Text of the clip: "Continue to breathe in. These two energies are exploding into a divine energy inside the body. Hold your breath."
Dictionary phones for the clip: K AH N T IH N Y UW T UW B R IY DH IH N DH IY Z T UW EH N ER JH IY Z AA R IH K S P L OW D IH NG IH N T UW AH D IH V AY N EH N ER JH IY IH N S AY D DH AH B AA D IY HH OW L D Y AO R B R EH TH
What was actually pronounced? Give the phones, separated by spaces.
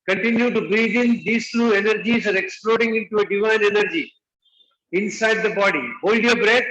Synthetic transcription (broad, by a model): K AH N T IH N Y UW T UW B R IY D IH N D IY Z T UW EH N ER JH IY Z AA R IH K S P L OW D IH NG IH N T UW AH D IH V AY N EH N ER JH IY IH N S AY D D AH B AA D IY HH OW L D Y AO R B R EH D